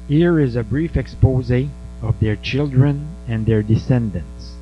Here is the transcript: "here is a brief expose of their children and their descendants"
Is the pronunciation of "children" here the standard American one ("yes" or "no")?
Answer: yes